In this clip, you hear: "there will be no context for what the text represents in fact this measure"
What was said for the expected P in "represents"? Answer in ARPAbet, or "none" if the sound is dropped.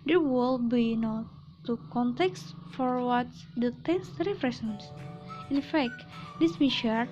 F